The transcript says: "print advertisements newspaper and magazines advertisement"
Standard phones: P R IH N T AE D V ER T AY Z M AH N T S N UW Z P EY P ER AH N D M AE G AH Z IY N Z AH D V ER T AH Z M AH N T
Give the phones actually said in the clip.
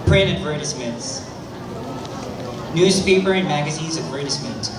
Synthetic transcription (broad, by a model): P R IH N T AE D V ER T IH S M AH N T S N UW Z P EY P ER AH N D M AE G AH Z IY N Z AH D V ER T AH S M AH N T